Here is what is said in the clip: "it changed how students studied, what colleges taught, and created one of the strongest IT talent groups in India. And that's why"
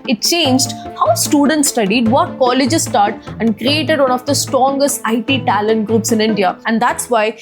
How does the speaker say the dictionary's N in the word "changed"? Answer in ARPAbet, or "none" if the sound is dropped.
N